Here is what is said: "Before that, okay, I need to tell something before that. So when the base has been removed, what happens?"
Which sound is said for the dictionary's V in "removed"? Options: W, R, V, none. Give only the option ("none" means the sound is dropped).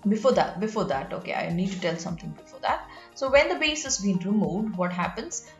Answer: none